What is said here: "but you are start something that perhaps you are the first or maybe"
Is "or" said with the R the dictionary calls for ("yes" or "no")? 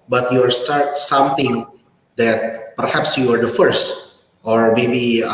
yes